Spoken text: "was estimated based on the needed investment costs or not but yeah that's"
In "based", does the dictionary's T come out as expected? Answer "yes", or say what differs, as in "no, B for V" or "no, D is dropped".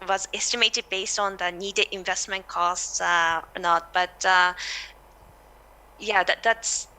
yes